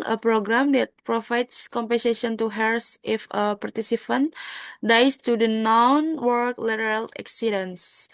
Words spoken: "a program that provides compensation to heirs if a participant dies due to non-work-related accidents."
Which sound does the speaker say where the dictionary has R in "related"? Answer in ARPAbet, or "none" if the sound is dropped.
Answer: L